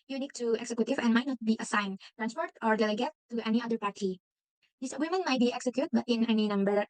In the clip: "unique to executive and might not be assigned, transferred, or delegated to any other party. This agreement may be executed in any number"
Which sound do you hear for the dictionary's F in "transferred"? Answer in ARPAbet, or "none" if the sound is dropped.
P